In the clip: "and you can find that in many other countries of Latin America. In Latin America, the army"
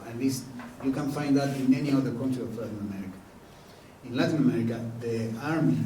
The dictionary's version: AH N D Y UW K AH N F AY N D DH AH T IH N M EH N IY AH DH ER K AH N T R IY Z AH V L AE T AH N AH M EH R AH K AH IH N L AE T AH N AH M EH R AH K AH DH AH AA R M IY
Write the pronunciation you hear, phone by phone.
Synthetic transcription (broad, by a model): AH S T Y UW K AH N F AY N D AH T IH N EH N IY AH DH ER K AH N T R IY AH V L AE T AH N AH M EH R AH K AH IH N L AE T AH N AH M EH R AH K AH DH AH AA R M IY